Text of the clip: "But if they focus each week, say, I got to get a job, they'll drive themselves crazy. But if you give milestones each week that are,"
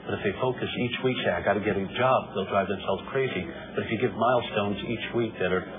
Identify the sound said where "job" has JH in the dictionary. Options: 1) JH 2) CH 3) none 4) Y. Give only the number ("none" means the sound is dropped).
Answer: 1